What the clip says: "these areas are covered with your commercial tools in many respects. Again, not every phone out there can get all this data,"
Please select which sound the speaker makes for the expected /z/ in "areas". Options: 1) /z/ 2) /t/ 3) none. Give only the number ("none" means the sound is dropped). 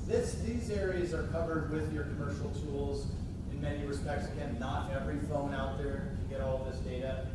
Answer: 1